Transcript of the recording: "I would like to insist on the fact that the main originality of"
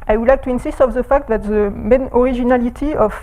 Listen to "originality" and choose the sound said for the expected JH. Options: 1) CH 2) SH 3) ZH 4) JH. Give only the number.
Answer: 3